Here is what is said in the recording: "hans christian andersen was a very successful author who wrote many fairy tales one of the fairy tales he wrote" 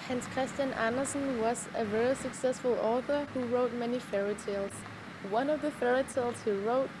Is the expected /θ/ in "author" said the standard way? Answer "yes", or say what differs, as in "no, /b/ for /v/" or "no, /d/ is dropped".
yes